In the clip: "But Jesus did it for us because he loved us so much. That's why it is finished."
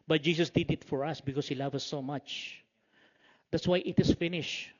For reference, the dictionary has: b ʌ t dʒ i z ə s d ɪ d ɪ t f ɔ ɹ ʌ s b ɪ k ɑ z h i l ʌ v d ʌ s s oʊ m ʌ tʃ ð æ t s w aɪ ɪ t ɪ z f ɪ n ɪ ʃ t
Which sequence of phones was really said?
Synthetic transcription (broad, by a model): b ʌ t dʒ i s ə s d ɪ d ɪ t f ɔ ɹ ʌ s b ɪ k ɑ s h i l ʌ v ʌ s s oʊ m ʌ tʃ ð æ t s w aɪ ɪ t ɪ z f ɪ n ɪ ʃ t